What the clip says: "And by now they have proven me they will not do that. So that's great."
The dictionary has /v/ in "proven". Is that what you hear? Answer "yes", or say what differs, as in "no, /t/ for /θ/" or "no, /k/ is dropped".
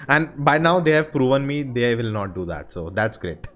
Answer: yes